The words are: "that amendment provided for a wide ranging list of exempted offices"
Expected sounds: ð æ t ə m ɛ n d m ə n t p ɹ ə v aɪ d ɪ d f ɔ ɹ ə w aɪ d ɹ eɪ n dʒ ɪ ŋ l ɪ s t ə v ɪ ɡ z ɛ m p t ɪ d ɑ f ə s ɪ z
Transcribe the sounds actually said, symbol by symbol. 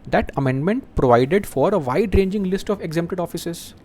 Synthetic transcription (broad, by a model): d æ t ə m ɛ n d m ə n t p ɹ ə v aɪ d ɪ d f ɔ ɹ ə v aɪ d ɹ eɪ n dʒ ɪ ŋ l ɪ s t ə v ɪ ɡ z ɛ m p t ɪ d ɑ f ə s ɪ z